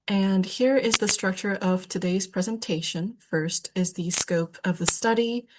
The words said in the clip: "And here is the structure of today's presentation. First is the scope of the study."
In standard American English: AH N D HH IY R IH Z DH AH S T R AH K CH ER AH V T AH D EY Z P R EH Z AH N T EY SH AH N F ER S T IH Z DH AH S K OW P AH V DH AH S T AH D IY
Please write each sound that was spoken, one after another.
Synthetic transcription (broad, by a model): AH N HH IY R IH Z DH AH S T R AH K CH ER AH V T AH D EY Z P R EH Z AH N T EY SH AH N F ER S T IH Z DH AH S K OW P AH V DH AH S T AH D IY